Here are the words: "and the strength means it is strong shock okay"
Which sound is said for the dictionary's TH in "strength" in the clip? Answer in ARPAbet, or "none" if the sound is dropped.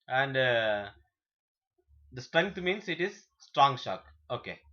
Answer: T